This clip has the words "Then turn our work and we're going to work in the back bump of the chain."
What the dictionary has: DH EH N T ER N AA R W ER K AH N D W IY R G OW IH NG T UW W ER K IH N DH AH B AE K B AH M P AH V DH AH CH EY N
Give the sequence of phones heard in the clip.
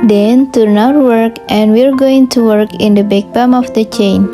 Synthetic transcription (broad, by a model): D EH N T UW N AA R W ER K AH N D W IY R G OW IH NG T UW W ER K IH N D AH B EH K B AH M AH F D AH CH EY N